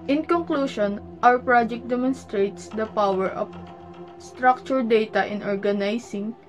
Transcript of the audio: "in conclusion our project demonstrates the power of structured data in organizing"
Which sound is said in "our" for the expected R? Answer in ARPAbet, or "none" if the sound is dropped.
W